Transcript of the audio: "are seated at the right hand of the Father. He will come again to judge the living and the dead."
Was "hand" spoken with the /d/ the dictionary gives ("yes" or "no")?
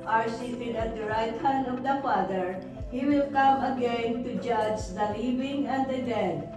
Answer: no